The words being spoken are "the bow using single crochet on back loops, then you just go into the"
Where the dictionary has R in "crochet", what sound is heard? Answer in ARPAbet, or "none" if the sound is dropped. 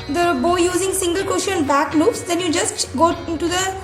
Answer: none